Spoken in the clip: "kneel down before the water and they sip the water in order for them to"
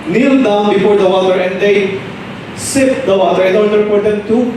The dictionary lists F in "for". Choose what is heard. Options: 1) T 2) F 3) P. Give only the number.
3